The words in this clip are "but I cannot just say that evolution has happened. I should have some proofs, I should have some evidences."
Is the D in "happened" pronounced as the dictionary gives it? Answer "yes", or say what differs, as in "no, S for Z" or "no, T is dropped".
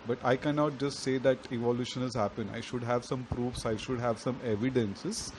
no, D is dropped